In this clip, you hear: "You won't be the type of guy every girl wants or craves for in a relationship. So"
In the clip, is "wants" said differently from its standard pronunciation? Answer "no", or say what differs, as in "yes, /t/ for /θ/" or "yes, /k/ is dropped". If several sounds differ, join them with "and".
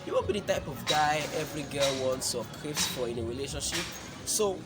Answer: no